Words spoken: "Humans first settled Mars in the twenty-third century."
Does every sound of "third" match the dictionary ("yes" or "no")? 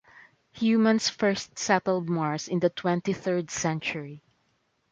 yes